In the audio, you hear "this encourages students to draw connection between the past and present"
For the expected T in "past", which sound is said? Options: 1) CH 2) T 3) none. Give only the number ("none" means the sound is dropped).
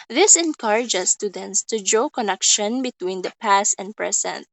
2